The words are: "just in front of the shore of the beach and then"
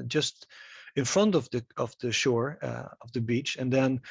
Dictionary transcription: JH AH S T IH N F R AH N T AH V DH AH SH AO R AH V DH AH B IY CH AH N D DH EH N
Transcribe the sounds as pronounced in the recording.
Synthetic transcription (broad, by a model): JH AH S T IH N F R AH N T AH V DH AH SH AO R AH V DH AH B IY CH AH N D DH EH N